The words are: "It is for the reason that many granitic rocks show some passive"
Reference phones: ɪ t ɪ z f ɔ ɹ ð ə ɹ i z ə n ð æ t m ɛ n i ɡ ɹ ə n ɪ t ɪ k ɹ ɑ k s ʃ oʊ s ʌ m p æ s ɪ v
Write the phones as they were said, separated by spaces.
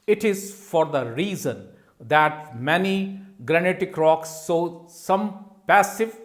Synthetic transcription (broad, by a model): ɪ t ɪ z f ɔ ɹ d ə ɹ i z ə n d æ t m ɛ n i ɡ ɹ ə n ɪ t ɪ k ɹ ɑ k s oʊ s ʌ m p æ s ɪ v